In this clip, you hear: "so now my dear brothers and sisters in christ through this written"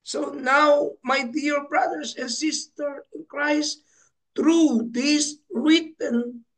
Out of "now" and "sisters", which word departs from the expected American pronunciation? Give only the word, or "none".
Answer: sisters